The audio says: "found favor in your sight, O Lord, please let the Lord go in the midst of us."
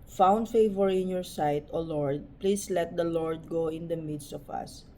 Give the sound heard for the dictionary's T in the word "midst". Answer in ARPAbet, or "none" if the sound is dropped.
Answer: T